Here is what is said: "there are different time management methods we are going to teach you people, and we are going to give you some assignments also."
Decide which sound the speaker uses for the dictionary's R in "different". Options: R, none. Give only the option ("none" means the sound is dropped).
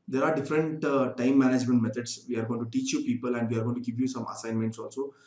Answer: R